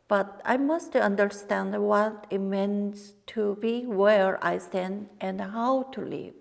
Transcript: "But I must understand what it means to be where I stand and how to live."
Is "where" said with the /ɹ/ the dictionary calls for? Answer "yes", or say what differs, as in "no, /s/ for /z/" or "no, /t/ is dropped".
yes